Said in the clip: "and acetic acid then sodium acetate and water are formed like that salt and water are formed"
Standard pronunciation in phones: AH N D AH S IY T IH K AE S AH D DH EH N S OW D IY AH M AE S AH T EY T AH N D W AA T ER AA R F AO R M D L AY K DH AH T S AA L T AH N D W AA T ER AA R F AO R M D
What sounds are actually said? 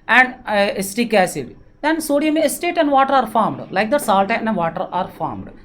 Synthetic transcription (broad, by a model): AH N D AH S T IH K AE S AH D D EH N S OW D IY AH M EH S T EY T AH N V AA T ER AA R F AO R M D L AY K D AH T S AA L T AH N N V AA T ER AA R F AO R M D